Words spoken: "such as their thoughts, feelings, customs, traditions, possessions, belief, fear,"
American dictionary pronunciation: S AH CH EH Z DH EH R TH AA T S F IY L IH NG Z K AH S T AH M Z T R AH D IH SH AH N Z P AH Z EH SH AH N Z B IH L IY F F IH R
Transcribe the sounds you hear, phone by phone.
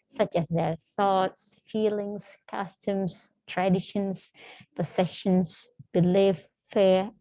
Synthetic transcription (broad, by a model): S AH CH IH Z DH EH R TH AA T S F IY L IH NG Z K AH S T AH M Z T R AH D IH SH AH N Z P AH S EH SH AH N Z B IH L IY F F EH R